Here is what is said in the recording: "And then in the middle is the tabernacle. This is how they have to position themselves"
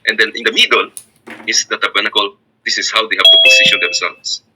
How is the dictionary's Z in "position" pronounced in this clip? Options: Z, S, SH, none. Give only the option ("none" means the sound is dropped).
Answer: S